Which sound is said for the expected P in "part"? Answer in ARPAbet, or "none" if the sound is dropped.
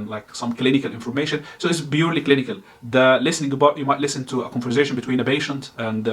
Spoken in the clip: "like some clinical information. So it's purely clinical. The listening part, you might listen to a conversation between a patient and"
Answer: B